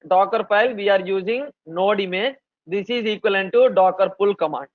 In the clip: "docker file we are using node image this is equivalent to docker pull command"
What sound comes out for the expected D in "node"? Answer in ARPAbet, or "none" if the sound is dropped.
D